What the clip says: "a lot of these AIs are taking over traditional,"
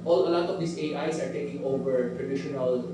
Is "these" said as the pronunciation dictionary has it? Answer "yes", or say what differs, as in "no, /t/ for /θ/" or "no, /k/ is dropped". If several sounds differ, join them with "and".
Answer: no, /s/ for /z/